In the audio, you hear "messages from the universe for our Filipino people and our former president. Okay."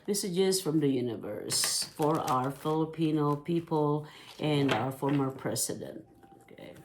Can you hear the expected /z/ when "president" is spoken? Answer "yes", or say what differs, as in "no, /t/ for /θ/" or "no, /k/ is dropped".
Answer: no, /s/ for /z/